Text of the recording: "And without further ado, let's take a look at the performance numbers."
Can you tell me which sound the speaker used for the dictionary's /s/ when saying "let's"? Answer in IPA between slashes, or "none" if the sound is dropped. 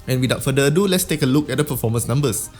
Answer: /s/